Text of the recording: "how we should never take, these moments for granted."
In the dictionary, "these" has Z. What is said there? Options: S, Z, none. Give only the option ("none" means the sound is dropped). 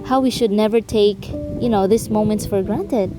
S